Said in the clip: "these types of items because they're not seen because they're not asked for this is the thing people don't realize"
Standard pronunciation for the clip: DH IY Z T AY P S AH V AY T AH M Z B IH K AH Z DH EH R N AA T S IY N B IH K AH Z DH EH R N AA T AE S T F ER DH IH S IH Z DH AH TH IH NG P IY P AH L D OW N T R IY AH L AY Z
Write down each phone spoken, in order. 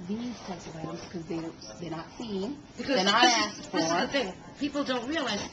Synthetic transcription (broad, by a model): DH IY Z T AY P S AH V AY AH Z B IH K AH Z DH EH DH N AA T S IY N B IH K AH Z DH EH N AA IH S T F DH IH IH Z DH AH TH IH NG P IY P L D OW N T R IY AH L AY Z